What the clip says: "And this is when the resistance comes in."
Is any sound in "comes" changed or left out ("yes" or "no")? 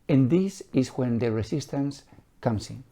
yes